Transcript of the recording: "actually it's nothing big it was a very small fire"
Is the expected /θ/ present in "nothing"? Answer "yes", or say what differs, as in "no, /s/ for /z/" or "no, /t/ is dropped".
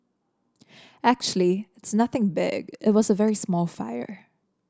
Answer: yes